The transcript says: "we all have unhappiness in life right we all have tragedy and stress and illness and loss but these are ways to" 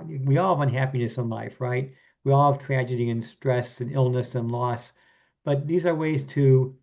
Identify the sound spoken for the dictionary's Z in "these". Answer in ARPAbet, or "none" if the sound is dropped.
Z